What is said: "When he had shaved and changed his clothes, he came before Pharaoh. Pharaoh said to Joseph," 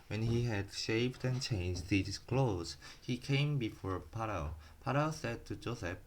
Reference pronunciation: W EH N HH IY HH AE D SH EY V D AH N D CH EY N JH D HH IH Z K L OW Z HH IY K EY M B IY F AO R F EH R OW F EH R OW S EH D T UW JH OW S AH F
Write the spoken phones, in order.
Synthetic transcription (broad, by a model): W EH N HH IY HH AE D SH EY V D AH N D CH EY N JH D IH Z K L OW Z HH IY K EY M B IY F AO R P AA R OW P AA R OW S EH D T UW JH OW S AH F